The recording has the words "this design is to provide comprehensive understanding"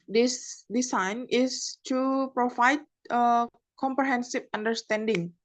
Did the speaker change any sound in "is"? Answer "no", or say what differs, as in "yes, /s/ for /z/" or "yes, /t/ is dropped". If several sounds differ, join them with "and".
yes, /s/ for /z/